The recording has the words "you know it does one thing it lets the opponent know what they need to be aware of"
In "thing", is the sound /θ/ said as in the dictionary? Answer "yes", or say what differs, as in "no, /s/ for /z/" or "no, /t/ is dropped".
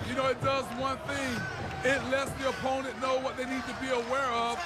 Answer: yes